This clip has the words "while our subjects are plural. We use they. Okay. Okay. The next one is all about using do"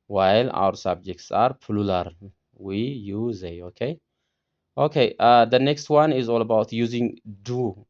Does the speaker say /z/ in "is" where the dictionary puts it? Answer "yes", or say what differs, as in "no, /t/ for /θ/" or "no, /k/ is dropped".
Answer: yes